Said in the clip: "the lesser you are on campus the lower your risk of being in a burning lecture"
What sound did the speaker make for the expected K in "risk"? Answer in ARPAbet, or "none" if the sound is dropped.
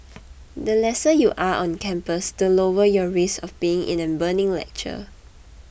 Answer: none